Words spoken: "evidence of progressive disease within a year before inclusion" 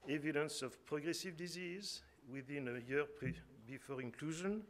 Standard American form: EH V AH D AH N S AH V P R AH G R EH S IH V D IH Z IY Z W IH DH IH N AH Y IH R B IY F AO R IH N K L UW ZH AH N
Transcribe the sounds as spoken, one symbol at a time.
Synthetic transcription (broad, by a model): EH V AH D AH N S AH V P R AH G R EH S IH V D IH Z IY Z W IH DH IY N AH Y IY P B IY F AO R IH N K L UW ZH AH N